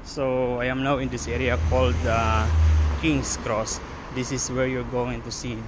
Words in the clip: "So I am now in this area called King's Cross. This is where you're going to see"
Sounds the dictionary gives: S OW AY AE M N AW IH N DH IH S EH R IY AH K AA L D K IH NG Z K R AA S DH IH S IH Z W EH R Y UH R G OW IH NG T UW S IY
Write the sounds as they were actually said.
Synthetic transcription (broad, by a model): S OW AY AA M N AW IH N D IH S EH R IY AH K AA L D K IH NG S K R AA S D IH S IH S W EH R Y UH R G OW IH NG T UW S IY